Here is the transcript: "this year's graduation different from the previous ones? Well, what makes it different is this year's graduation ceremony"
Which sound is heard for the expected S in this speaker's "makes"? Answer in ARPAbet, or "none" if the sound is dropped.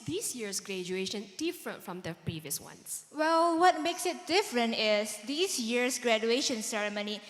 S